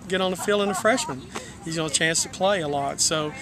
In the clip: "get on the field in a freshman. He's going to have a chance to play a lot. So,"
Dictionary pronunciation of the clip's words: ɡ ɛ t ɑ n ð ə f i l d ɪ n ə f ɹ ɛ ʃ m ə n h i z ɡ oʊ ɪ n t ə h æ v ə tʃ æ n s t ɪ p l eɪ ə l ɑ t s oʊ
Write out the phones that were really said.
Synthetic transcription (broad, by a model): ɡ ɛ t n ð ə f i l ɪ n ə f ɹ ɛ ʃ m ə n h i z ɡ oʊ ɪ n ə ə tʃ æ n s t ɪ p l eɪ ə l ɑ t s oʊ